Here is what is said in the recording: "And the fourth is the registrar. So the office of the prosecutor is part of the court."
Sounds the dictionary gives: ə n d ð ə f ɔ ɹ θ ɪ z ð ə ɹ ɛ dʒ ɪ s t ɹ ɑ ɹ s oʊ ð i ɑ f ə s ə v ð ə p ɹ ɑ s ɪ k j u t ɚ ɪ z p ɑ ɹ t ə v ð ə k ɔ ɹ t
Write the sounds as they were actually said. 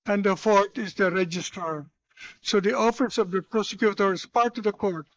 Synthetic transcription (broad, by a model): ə n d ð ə f ɔ ɹ t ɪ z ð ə ɹ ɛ dʒ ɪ s t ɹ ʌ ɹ s oʊ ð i ɑ f ə s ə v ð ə p ɹ ɑ s ɪ k j u t ɚ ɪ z p ɑ ɹ t ə v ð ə k ɔ ɹ t